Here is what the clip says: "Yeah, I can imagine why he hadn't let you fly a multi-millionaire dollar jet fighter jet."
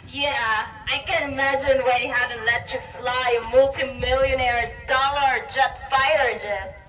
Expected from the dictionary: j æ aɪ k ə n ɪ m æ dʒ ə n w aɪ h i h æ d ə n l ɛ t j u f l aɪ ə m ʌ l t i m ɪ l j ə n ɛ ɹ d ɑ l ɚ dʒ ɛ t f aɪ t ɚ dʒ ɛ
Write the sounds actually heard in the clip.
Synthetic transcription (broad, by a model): j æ aɪ k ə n ɪ m æ dʒ ə n w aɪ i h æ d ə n l ɛ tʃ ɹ f l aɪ ə m ʌ l t i m ɪ l j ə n ɛ ɹ d ɑ l ɚ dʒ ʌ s f aɪ t ɚ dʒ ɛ